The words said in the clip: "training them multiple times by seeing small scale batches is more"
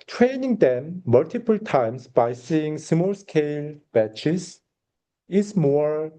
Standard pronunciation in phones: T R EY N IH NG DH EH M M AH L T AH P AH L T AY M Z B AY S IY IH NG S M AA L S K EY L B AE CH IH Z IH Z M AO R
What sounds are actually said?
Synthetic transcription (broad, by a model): T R EY N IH NG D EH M M AH L T AH P AH L T AY M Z B AY S IY IH NG S M AA L S K EY L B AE CH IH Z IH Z M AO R